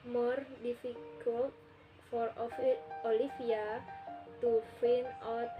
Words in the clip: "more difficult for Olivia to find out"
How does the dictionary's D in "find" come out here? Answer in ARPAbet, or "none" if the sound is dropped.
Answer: none